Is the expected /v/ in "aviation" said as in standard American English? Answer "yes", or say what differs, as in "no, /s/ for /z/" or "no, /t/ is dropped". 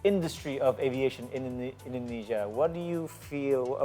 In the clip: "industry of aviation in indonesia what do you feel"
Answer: yes